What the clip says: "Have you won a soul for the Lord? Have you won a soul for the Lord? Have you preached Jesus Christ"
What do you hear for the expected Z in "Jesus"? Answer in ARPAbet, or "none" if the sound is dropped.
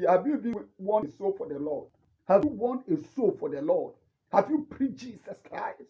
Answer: S